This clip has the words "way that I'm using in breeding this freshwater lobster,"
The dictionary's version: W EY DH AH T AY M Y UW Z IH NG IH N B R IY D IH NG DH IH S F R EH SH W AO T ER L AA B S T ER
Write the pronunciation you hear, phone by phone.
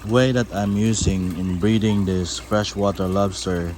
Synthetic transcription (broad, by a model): W EY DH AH T AY M Y UW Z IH NG IH N B R IY D IH NG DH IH S F R EH SH W AO T ER L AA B S T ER